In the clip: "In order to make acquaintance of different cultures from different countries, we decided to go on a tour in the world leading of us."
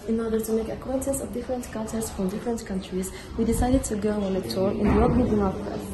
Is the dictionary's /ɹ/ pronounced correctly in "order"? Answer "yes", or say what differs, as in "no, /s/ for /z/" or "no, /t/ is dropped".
yes